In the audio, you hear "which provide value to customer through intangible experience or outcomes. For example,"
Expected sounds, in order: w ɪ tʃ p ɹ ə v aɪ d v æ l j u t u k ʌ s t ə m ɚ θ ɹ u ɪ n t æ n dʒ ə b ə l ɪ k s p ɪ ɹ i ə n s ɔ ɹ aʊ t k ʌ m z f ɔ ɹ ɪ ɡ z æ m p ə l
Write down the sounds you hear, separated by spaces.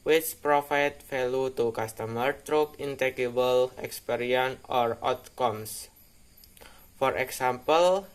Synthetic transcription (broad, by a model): w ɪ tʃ p ɹ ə f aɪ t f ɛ l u t u k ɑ s t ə m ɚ t ɹ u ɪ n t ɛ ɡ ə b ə l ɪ k s p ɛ ɹ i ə n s ɔ ɹ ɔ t k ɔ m s f ɔ ɹ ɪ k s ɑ m p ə l